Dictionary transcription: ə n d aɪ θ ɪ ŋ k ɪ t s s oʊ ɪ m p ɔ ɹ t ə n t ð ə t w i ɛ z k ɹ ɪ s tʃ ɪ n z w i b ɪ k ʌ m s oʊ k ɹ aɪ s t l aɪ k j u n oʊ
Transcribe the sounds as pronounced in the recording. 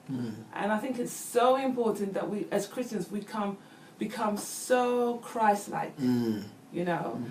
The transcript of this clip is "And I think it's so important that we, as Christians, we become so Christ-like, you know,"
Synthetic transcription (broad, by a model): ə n aɪ θ ɪ ŋ k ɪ t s s oʊ ɪ m p ɔ ɹ t n ð ə t w i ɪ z k ɹ ɪ s tʃ ɪ n z w i b ɪ k ʌ m s oʊ k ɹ aɪ s l aɪ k j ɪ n oʊ